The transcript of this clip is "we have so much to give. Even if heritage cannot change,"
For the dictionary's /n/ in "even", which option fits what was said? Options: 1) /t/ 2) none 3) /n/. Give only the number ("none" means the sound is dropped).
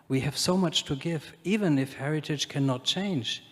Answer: 3